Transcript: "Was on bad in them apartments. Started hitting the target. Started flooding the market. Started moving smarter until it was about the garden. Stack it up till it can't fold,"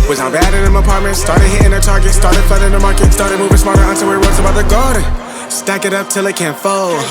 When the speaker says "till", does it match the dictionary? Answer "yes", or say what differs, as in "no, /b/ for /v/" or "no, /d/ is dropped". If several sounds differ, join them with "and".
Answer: yes